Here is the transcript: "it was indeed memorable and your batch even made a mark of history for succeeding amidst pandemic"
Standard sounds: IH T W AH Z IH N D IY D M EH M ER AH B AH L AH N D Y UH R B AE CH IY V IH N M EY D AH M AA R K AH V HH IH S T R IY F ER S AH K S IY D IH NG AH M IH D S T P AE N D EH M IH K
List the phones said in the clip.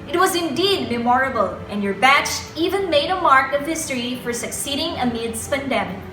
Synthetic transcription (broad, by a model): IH T W AH Z IH N D IY D M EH M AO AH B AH L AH N Y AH R B AE CH IY V IH N M EY D AH M AA R K AH V HH IH S T R IY F ER S AH K S IY D IH NG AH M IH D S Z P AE N D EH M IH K